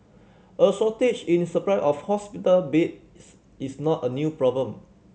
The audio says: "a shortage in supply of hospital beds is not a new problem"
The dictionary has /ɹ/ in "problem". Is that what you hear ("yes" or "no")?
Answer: yes